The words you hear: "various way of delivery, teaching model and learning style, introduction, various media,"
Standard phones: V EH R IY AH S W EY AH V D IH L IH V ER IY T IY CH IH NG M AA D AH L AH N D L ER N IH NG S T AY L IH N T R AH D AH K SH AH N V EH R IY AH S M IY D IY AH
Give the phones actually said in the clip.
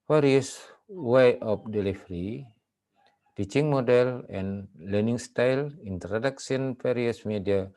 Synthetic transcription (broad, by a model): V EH R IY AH S W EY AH P D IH L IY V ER IY T IY CH IH NG M AA D AH L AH N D L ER N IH NG S T AY L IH N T R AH D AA K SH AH N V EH R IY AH S M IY D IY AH